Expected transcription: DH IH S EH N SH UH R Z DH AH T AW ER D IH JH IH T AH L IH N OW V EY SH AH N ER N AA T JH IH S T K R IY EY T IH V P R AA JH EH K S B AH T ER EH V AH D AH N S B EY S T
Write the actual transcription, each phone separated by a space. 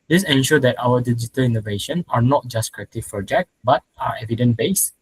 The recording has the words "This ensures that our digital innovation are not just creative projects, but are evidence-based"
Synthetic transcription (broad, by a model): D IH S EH N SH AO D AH T AW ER D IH JH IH T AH L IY N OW V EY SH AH N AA N AA T JH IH S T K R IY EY T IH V P R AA JH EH K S B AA T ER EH V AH D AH N B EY S